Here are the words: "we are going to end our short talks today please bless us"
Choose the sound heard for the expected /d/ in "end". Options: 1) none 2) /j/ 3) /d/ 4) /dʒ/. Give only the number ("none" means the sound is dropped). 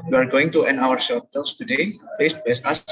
1